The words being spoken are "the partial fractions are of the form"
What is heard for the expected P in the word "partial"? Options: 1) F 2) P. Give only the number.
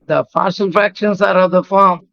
1